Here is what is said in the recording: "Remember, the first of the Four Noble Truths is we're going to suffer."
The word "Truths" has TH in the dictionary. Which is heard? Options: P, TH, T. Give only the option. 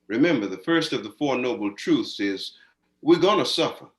TH